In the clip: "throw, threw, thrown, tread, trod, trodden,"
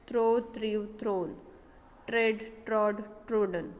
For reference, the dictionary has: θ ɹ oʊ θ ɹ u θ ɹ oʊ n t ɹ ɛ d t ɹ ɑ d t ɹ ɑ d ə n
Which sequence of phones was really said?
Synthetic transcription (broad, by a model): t ɹ oʊ t ɹ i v ɹ oʊ n t ɹ ɛ d t ɹ ɑ d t ɹ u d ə n